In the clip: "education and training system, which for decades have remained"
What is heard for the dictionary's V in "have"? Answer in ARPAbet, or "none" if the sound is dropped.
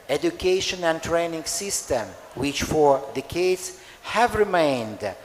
V